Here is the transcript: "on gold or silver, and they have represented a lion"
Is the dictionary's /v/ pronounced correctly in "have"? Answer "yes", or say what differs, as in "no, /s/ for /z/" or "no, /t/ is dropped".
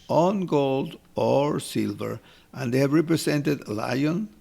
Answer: yes